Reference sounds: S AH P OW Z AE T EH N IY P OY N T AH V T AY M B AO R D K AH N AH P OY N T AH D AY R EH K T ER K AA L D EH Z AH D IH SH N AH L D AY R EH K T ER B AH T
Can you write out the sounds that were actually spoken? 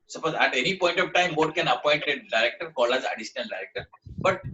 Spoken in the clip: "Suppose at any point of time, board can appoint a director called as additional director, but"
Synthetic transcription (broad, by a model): S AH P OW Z AE T EH N IY P OY N T AH V T AY M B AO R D K AH N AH P OY N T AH D AY R EH K T ER K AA L AA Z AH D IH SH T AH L D AY R EH K T ER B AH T